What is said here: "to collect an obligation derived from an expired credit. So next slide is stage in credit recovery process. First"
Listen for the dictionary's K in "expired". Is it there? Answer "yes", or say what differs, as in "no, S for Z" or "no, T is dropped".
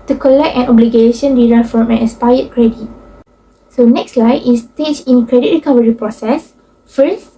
no, K is dropped